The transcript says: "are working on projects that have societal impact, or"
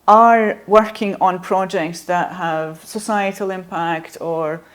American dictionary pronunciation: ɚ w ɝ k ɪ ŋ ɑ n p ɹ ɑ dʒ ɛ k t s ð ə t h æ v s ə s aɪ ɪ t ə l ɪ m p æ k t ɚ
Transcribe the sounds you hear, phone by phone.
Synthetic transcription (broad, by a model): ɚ w ɝ k ɪ ŋ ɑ n p ɹ ɑ dʒ ɛ k t s ð ə t h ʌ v s ə s aɪ ɪ t ə l ɪ m p æ k t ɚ